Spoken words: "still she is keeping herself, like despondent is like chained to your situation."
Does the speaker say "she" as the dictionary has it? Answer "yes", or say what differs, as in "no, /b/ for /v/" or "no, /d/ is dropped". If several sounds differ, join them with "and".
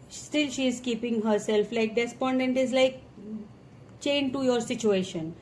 yes